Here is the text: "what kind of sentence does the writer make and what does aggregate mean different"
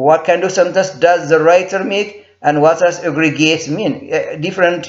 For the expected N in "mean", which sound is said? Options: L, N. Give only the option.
N